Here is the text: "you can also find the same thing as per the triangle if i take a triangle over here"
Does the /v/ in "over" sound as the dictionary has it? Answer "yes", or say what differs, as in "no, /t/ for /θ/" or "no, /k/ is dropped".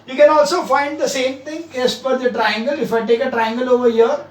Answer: yes